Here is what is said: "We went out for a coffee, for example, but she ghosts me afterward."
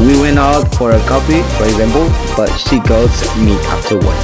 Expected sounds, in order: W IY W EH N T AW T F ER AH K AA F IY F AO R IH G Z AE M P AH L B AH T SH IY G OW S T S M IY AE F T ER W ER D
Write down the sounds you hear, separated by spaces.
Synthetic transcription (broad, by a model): W IY W EH N T AW T F ER AH K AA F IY F AO R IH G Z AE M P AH L B AH T SH IY G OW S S M IY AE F T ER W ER